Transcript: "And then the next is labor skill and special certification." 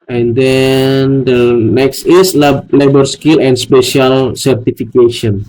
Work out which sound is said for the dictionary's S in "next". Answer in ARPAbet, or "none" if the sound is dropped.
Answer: S